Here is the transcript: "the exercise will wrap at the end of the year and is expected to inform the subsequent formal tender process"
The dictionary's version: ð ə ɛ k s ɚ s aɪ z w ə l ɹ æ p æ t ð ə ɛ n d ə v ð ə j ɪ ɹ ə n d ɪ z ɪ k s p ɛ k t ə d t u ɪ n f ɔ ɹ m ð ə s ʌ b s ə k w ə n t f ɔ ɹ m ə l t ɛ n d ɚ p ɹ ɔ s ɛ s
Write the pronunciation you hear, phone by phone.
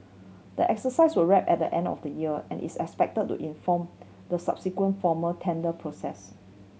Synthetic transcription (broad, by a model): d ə ɛ k s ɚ s aɪ s w ə l ɹ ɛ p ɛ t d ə ɛ n d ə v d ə j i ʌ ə n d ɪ s ɪ k s p ɛ k t ə d t u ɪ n f ɔ m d ə s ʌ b s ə k w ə n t f ɔ m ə t ɛ n d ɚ p ɹ ɔ s ɛ s